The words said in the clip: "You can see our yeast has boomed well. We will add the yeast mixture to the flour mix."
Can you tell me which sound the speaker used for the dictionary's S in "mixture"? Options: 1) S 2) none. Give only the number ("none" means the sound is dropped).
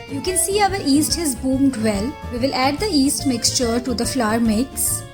1